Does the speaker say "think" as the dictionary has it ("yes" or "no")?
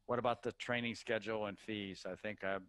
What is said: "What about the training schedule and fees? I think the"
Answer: yes